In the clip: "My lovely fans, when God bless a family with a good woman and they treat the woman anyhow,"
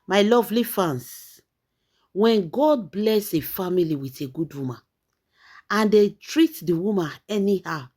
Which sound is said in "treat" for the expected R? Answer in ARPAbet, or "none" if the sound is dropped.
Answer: R